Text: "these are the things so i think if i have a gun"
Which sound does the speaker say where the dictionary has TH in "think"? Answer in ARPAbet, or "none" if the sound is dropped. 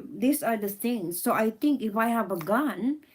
T